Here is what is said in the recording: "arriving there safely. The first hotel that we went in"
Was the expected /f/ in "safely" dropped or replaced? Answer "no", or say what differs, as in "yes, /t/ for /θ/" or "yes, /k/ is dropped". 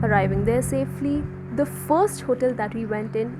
no